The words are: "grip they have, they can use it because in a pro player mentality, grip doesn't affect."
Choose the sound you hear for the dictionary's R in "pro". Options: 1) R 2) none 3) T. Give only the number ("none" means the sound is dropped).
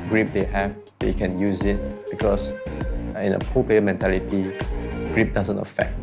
2